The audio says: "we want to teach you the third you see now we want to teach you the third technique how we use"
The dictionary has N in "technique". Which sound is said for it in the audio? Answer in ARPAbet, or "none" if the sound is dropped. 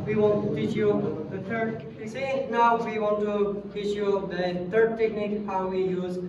N